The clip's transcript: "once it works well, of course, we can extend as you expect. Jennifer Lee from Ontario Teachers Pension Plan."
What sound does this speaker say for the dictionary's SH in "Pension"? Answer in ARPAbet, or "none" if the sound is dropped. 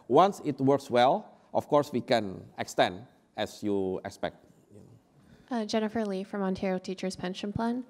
SH